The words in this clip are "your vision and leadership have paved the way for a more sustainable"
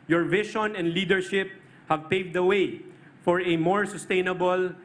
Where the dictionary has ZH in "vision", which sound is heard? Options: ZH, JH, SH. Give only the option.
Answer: SH